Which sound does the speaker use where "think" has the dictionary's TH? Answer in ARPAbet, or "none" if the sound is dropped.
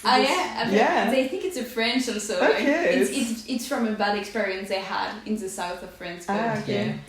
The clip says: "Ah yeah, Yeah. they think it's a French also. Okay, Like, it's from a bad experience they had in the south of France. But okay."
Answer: TH